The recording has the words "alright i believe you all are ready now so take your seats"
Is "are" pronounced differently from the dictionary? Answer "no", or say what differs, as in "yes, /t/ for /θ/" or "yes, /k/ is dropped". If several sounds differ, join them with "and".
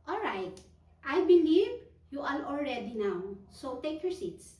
yes, /l/ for /ɹ/